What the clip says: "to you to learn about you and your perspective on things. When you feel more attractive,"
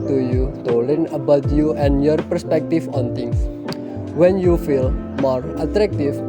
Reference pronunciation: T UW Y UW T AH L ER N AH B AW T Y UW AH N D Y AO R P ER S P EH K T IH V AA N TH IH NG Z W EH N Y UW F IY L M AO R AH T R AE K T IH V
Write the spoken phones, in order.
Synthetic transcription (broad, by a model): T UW Y UW T AH L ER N AH B AW T Y UW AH N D Y AO R P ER S P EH K T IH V AA N T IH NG S W EH N Y UW F IY L M AO R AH T R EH K T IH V